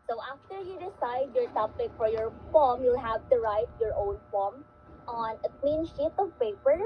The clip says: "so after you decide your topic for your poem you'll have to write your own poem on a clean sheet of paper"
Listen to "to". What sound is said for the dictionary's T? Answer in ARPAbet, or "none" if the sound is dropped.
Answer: T